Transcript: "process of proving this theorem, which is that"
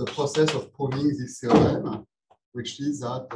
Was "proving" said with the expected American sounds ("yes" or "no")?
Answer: no